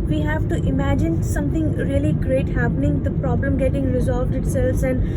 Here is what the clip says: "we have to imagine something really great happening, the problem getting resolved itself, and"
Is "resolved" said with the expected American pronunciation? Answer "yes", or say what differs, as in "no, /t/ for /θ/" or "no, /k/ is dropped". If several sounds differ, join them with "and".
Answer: yes